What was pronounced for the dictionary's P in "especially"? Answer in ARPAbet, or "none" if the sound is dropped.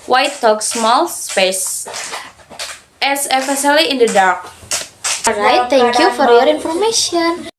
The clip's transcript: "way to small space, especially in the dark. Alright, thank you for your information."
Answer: F